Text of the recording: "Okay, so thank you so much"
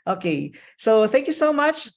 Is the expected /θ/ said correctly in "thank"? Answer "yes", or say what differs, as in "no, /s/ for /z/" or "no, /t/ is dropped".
yes